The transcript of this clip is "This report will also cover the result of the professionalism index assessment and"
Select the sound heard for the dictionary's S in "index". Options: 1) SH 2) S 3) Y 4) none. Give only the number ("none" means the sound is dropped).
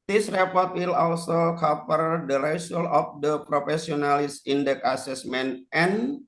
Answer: 4